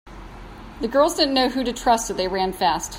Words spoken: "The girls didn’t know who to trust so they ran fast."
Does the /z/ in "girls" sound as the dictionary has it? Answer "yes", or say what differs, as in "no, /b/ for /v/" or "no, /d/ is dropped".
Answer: yes